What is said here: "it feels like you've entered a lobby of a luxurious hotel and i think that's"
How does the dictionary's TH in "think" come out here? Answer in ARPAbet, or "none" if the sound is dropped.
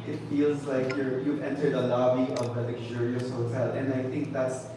TH